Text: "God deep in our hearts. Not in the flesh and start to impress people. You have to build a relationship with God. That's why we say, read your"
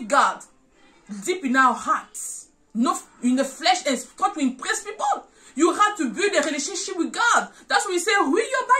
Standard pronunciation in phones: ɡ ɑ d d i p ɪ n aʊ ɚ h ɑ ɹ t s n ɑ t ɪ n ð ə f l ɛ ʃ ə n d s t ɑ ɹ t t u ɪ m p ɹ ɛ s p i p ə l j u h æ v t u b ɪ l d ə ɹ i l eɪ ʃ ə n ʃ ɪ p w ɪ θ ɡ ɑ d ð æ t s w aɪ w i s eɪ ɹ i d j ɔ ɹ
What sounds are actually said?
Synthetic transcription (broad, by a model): ɡ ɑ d d i p ɪ n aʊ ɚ h ɑ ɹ t s n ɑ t ɪ n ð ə f l ɛ ʃ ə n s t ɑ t t u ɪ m p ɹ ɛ s p i p ə l j u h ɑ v t u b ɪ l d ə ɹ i l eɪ ʃ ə n ʃ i p w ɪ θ ɡ ɑ d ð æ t s w aɪ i s eɪ w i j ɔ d